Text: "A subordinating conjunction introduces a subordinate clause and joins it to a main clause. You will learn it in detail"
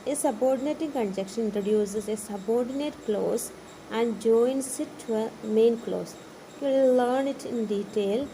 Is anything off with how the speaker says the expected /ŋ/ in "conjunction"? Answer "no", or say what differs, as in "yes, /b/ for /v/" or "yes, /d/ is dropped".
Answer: yes, /ŋ/ is dropped